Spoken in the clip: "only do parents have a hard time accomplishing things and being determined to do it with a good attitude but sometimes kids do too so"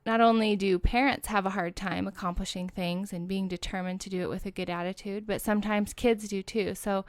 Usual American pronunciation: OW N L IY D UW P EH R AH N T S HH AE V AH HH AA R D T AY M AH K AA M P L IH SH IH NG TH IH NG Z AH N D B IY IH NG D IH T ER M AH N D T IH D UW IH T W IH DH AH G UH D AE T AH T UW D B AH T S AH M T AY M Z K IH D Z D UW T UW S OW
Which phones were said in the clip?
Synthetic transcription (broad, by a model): OW N L IY D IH P EH R AH N T S HH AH V AH HH AA R D T AY M AH K AA M P L IH SH IH NG TH IH NG Z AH N B IY IH NG D IH T ER M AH N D T IH D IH IH T W IH DH AH G UH D AE T AH T UW D B AH T S AH M T AY M Z K IH D Z D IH T UW S OW